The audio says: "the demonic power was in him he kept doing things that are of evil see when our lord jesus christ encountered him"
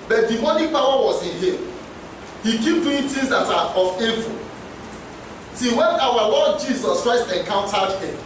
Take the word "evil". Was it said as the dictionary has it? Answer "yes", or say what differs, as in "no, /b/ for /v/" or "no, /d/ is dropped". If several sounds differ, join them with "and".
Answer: no, /f/ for /v/